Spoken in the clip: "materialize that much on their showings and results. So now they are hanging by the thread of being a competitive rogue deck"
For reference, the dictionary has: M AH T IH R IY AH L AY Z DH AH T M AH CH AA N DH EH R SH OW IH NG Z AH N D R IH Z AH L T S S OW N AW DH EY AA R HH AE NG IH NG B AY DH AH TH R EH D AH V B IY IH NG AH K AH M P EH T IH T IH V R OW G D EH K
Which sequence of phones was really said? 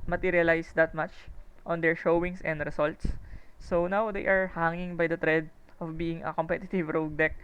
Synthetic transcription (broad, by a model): M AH T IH R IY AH L AY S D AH T M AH CH AA N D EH R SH OW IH NG S AH N D R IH S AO L T S S OW N AW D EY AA R HH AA NG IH NG B AY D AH T R EH D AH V B IY IH NG AH K AH M P EH T IH T IH V R OW G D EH K